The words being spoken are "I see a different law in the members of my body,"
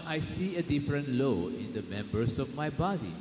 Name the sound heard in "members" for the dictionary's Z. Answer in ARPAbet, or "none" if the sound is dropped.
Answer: S